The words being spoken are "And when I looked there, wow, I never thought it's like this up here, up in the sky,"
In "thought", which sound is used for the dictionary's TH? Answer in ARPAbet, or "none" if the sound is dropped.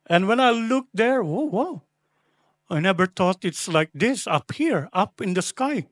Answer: T